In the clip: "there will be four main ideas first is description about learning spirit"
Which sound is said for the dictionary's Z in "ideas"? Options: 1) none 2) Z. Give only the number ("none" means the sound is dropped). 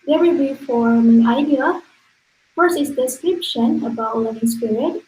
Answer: 1